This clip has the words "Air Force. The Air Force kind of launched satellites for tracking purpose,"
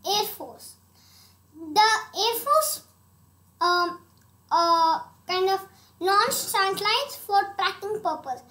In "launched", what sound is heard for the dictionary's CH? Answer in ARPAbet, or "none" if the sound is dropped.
S